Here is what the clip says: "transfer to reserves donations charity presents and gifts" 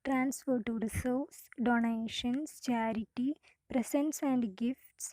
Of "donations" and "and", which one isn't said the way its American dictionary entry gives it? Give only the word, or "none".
donations